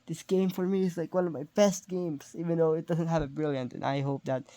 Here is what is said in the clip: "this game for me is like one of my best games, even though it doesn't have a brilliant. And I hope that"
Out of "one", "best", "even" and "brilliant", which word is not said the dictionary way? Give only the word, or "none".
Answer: none